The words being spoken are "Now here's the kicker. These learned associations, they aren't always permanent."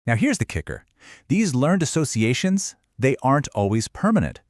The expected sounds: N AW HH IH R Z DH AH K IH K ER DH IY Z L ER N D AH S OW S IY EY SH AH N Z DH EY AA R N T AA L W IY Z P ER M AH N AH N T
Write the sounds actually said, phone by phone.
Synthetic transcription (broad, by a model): N AW HH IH R Z DH AH K IH K ER DH IY Z L ER N D AH S OW S IY EY SH AH N Z DH EY AA R N T AA L W IY Z P ER M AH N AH N T